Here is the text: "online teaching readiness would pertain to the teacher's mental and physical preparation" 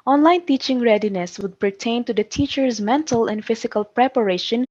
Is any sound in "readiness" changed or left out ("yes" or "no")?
no